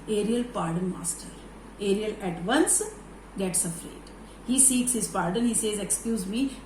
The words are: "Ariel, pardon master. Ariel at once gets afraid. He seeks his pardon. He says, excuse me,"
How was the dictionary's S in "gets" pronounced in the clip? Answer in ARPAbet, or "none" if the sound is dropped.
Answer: S